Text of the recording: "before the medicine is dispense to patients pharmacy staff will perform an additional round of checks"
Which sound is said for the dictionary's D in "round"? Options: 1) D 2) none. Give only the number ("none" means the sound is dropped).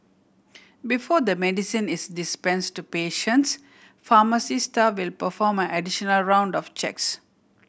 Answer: 1